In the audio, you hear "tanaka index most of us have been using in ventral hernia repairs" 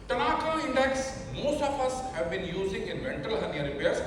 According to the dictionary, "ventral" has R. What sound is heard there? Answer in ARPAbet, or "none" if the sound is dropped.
none